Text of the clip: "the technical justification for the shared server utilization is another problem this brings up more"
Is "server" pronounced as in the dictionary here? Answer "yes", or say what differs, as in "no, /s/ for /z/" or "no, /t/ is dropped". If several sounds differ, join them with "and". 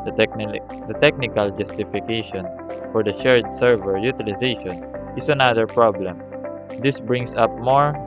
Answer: yes